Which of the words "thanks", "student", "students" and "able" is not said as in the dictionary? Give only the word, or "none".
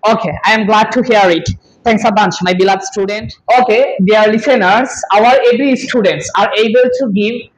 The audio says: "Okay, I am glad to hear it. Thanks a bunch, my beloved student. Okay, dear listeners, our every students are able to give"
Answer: thanks